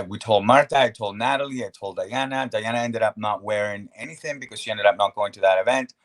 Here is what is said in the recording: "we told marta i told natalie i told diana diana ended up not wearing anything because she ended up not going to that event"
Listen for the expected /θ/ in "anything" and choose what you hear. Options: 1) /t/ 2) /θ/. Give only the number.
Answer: 2